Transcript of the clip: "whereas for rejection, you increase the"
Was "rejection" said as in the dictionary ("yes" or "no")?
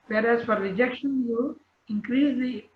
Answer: yes